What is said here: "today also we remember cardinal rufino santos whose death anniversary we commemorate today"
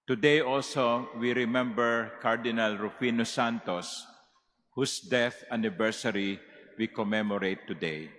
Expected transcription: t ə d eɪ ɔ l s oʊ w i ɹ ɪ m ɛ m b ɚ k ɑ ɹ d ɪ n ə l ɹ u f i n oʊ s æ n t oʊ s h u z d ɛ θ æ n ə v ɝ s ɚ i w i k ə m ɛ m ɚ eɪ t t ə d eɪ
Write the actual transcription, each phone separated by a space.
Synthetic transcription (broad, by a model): t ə d eɪ ɔ l s oʊ w i ɹ ɪ m ɛ m b ɚ k ɑ ɹ d ɪ n ə l ɹ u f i n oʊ s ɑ n t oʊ s h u s d ɛ θ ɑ n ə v ɝ s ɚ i w i k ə m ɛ m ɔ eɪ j t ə d eɪ